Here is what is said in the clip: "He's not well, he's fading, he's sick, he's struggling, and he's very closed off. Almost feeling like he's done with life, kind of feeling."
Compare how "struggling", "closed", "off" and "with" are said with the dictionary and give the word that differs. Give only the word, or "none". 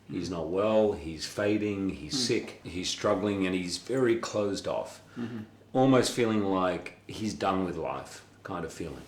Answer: none